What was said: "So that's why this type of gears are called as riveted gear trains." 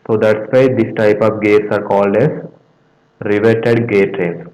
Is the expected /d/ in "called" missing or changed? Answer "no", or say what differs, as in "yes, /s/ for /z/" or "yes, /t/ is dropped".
no